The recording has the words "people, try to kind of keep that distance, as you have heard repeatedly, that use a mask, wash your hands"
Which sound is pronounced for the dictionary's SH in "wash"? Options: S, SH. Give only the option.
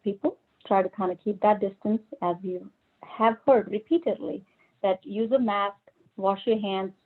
SH